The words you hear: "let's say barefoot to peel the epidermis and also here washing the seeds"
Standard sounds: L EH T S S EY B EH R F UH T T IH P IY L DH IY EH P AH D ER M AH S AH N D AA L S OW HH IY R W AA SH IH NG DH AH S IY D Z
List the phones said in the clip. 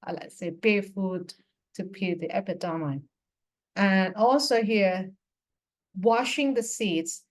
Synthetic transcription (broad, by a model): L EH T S S EY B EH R F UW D T IH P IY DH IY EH P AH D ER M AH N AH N AA L S OW HH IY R W AA SH IH NG DH AH S IY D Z